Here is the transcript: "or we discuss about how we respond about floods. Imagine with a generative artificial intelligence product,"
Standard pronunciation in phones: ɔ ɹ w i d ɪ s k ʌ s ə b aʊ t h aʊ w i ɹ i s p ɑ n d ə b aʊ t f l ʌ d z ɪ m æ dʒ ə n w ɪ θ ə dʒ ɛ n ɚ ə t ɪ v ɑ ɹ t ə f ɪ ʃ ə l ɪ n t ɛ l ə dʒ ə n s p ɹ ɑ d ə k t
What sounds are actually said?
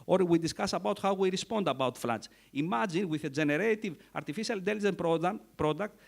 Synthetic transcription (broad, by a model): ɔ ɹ w i d ɪ s k ʌ s ə b aʊ t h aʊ w i ɹ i s p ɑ n d ə b aʊ t f l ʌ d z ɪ m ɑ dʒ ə n w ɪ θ ə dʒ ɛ n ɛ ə t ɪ v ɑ ɹ t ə f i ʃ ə l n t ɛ l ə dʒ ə n p ɹ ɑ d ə k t